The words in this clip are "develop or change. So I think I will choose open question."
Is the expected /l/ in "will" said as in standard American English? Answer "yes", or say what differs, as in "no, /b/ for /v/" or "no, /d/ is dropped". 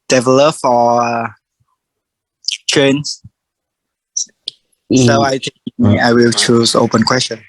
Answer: yes